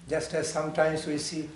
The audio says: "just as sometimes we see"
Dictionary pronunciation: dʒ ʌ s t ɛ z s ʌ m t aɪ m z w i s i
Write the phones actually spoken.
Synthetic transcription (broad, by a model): dʒ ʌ s t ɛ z s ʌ m t aɪ m s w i s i